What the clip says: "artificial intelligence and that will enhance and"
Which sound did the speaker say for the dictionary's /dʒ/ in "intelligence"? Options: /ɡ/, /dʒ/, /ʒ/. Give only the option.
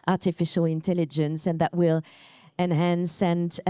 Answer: /dʒ/